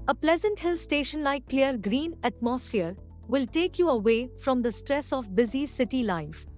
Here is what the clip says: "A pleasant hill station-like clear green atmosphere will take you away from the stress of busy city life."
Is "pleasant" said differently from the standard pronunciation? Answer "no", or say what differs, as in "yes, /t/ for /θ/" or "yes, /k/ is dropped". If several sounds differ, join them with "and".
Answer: no